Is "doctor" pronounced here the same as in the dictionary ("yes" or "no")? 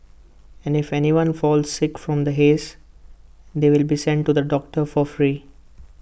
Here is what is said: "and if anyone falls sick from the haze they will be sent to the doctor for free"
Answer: yes